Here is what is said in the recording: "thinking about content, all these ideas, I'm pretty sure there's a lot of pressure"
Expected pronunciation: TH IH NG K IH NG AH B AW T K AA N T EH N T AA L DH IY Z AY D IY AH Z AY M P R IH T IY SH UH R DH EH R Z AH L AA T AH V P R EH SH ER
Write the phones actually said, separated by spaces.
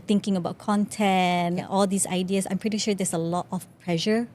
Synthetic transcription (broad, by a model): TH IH NG K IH NG AH B AW T K AA N T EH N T AA L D IY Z AY D IY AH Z AY M P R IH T IY SH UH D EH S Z AH L AA T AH F P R EH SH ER